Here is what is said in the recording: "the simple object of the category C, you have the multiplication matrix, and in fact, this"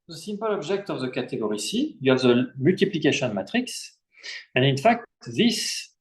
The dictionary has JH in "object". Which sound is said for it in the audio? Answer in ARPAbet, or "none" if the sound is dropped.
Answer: ZH